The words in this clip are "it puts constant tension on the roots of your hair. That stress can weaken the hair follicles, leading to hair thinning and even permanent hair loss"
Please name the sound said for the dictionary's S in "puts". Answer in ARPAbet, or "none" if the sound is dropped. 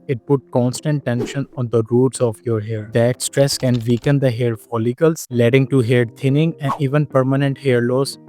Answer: none